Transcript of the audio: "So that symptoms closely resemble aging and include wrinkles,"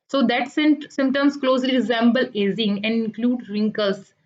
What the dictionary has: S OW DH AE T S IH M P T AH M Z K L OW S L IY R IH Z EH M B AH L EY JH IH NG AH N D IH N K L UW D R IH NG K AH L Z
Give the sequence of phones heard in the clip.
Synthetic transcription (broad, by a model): S OW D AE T S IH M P T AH M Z K L OW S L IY R IH Z EH M B AH L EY Z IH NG AH N D IH N K L UW D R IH NG K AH L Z